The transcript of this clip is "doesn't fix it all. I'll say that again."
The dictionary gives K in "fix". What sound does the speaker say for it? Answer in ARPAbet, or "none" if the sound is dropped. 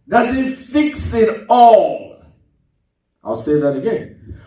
K